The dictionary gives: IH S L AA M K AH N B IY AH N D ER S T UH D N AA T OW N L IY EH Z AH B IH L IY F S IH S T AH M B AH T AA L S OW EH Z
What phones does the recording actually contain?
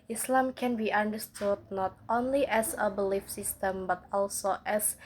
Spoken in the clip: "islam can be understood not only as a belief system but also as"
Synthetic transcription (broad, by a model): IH S L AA M K AH N B IY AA N D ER S T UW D N AA T OW N L IY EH S AH B IH L IY F S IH S T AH M B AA T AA L S OW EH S